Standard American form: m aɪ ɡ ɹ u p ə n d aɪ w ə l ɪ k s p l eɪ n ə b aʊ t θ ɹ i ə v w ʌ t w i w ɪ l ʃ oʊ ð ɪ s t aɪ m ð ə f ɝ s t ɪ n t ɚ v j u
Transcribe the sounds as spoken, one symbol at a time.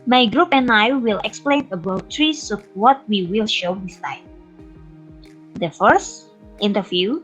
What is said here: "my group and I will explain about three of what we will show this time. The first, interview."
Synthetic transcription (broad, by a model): m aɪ ɡ ɹ u p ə n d aɪ w ə l ɪ k s p l eɪ n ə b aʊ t ɹ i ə w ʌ t w i w ɪ l ʃ oʊ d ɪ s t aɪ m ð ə f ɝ s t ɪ n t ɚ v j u